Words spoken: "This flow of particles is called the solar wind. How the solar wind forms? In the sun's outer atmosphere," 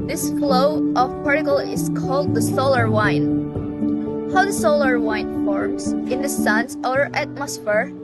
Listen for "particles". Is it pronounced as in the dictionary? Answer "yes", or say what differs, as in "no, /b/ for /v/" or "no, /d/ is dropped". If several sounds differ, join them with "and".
no, /z/ is dropped